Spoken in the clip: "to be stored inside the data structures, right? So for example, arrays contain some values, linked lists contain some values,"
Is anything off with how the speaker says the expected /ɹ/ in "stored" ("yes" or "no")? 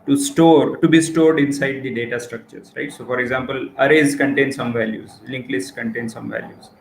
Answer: no